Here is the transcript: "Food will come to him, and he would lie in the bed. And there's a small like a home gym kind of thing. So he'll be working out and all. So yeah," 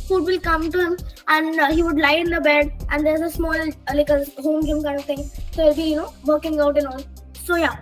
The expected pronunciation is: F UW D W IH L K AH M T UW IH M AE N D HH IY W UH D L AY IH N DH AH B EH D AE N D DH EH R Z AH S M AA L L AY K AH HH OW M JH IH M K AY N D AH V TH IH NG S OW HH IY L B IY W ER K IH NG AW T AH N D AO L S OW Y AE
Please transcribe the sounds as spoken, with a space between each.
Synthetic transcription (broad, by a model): F UW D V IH L K AH M T UW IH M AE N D HH IY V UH D L AY IH N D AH B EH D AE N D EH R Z AH S M AA L L AY K AH HH OW M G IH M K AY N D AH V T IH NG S OW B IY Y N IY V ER K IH NG AW T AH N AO N S OW Y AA